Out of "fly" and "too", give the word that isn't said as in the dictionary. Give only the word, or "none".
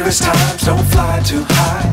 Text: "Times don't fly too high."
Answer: none